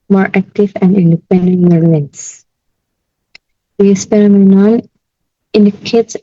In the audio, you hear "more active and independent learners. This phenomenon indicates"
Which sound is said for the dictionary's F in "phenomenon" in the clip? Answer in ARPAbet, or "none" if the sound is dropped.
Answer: P